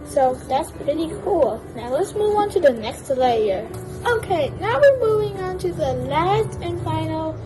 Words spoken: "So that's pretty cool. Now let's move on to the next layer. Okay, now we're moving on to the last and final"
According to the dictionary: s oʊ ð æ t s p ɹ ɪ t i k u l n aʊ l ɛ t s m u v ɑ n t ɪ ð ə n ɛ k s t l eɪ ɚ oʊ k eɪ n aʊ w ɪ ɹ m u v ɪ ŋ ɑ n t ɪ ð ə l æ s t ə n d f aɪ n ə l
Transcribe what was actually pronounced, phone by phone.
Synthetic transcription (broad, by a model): s oʊ ð æ t s p ɹ ɪ t i k u l n aʊ l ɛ t s m u v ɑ n t ɪ ð ə n ɛ k s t l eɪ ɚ oʊ k eɪ n aʊ w ɪ ɹ m u v ɪ ŋ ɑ n t ɪ ð ə l æ s t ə n f aɪ n l